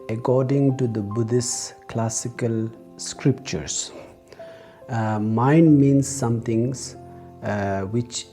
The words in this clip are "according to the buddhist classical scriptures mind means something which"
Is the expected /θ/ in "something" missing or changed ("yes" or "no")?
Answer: yes